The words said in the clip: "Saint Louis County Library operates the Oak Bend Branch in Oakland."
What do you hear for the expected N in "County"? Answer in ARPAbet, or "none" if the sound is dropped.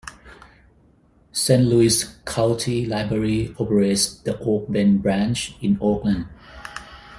L